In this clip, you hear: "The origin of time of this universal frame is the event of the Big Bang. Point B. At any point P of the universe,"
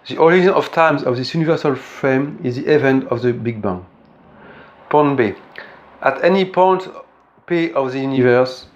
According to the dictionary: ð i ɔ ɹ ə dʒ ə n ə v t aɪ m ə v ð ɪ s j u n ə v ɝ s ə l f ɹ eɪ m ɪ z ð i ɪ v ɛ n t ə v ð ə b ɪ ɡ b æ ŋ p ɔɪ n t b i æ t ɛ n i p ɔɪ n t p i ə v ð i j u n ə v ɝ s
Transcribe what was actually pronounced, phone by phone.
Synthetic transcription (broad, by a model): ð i ɔ ɹ ə dʒ ə n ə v t aɪ m ə v ð ɪ s j u n ə v ɝ s ə l f ɹ eɪ m ɪ z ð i ɪ v ɛ n t ə v ð ə b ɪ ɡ b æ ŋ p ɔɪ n b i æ t ɛ n i p ɔɪ n t p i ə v ð i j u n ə v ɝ s